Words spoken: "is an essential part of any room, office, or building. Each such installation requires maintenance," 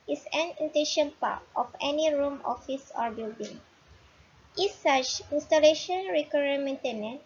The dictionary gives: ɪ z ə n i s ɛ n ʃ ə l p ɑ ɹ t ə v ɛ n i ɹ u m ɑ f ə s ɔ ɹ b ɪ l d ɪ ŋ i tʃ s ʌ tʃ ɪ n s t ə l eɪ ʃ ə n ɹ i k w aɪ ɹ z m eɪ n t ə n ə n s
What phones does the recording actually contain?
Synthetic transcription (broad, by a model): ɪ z ə n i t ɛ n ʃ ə n p ɑ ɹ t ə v ɛ n i ɹ u m ɑ f ə s ɔ ɹ b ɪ l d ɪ ŋ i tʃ s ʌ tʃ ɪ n s t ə l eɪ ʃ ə n ɹ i k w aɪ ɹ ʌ m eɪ n t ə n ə n